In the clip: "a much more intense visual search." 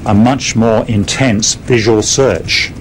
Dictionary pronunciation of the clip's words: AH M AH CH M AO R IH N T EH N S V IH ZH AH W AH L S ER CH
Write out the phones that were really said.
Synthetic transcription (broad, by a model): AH M AH CH M AO R IH N T EH N S V IH ZH AH W AH L S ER CH